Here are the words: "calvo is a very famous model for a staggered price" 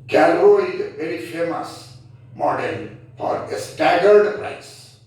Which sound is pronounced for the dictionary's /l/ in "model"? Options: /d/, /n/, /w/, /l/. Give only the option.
/n/